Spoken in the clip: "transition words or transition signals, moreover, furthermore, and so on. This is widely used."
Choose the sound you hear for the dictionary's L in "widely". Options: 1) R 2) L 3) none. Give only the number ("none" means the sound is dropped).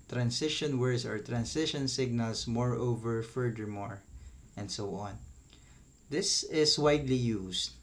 2